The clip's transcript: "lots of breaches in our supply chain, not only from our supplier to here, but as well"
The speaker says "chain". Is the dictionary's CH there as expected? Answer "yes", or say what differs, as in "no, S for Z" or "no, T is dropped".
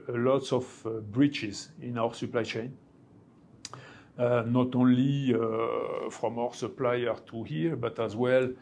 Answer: yes